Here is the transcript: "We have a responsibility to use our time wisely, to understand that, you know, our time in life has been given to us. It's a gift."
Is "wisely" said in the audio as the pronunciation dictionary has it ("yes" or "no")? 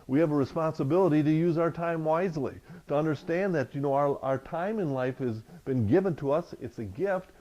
yes